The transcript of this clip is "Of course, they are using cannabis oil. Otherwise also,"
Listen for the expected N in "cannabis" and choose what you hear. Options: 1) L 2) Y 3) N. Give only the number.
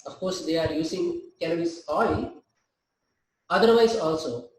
1